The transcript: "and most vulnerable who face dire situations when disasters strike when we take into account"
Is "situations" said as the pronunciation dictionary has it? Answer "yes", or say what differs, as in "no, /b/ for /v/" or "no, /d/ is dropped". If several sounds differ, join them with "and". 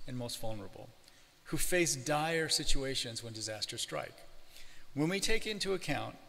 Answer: yes